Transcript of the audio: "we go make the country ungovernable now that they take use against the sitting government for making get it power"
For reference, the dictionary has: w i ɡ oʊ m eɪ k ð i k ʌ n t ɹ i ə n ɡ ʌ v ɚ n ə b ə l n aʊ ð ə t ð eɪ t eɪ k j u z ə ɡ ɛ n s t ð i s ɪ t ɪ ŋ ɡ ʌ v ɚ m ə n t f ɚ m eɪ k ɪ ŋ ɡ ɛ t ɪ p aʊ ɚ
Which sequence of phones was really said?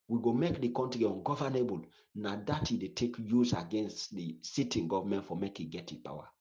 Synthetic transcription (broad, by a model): w i ɡ oʊ m eɪ k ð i k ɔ n t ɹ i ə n ɡ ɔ v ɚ n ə b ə l n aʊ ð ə t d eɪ t eɪ k j u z ə ɡ ɛ n s t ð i s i t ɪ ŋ ɡ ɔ v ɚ m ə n t f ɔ m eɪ k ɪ ɡ ɛ t ɪ p aʊ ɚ